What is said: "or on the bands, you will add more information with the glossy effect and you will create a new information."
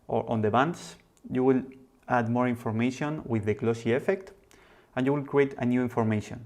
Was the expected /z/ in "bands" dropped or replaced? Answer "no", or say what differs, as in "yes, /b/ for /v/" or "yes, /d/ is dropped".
yes, /s/ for /z/